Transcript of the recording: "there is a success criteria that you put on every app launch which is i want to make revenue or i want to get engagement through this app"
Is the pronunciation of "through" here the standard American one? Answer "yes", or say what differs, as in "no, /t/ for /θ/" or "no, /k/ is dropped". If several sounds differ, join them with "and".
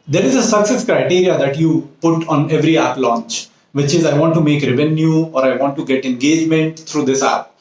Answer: no, /t/ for /θ/